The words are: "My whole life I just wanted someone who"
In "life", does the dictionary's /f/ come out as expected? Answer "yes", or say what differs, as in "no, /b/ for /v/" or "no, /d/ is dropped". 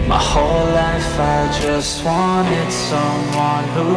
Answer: yes